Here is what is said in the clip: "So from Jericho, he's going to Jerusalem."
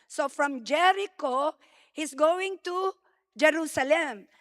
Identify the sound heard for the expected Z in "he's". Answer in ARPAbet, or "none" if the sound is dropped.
S